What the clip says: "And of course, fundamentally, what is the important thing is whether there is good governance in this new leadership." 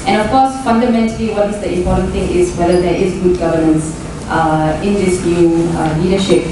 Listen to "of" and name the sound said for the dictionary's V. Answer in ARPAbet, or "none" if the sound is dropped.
F